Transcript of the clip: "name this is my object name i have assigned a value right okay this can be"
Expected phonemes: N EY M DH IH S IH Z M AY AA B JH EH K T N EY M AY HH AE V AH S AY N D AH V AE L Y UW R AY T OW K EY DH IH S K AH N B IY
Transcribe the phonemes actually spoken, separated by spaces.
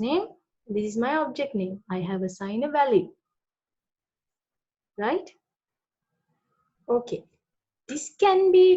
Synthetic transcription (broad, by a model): N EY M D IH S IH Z M AY AA B JH EH K T N EY M AY HH AE V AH S AY N AH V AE L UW R AY T OW K EY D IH S K AH N B IY